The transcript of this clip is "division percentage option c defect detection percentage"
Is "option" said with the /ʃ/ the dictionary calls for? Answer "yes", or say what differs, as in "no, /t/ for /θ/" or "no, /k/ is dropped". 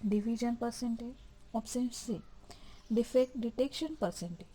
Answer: no, /s/ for /ʃ/